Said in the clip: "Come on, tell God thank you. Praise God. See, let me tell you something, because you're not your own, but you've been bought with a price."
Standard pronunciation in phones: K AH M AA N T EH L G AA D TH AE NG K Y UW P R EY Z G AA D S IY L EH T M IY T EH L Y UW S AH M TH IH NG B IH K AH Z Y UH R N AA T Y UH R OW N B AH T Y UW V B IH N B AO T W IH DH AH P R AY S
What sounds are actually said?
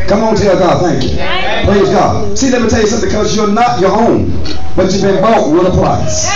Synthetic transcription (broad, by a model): K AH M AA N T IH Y G AA D TH AE NG K Y UW P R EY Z G AA D S IY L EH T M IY T EH L Y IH S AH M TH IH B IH K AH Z Y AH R N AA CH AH R OW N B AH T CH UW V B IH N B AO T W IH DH AH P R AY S